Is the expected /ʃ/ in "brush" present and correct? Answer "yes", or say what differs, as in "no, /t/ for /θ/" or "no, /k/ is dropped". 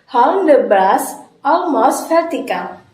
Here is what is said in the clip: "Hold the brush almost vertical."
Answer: no, /s/ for /ʃ/